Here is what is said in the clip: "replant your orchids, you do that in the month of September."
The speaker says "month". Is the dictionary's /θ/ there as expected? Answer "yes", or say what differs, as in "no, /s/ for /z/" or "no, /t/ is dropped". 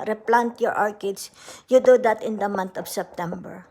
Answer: no, /t/ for /θ/